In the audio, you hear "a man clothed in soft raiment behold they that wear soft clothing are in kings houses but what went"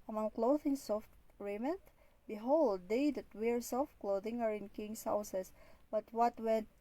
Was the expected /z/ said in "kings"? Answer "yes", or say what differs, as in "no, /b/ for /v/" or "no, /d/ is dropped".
no, /s/ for /z/